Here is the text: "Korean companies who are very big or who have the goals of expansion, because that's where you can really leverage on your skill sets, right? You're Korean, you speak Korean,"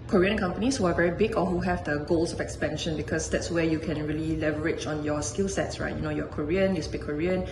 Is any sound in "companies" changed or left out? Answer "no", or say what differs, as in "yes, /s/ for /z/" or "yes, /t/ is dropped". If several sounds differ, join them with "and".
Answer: yes, /s/ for /z/